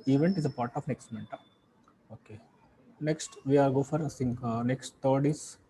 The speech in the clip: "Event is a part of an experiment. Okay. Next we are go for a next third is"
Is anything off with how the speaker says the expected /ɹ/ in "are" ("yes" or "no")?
yes